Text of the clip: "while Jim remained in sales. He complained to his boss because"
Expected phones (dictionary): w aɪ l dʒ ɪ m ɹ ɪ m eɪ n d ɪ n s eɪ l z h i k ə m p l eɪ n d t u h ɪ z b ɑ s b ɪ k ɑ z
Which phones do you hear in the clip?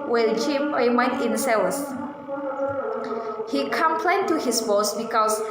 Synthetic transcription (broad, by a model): w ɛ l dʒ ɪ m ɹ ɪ m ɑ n ɪ n s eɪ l s h i k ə m p l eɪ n t u h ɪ s b ɑ s b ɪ k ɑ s